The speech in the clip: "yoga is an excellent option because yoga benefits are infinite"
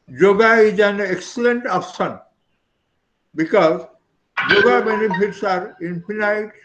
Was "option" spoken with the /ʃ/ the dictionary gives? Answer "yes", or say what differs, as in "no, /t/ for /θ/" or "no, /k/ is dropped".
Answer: no, /s/ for /ʃ/